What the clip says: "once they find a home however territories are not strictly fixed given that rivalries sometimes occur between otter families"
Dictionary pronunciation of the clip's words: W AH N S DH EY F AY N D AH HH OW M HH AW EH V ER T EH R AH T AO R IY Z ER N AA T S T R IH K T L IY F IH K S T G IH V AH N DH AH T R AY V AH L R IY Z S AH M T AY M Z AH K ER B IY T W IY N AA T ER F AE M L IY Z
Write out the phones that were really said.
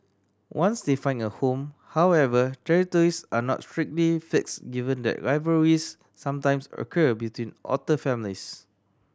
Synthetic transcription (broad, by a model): W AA N S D EY F AY N AH HH OW M HH AW EH V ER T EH R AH T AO R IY S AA N AA T S T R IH K T L IY F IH K S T G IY V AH N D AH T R AY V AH R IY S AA M T AY M S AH K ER B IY T W IY N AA T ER F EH M L IY S